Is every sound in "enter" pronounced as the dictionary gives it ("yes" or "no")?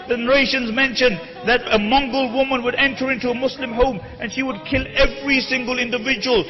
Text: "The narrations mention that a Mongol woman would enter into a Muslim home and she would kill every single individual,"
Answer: yes